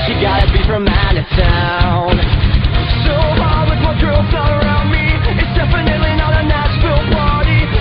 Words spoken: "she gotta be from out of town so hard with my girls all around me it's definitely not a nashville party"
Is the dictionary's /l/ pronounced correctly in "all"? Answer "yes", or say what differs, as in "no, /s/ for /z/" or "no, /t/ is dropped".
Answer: no, /n/ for /l/